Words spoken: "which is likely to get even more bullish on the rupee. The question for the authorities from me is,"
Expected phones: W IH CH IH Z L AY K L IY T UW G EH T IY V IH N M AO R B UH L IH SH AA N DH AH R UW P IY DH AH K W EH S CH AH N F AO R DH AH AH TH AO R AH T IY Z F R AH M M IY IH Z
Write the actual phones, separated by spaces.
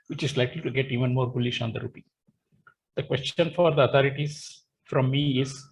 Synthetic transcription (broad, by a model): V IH CH IH Z L AY K L IY T UW G EH T IY V IH N M AO R B UH L IH SH AA N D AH R UW P IY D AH K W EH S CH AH N F AO R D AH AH T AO R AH T IY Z F R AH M M IY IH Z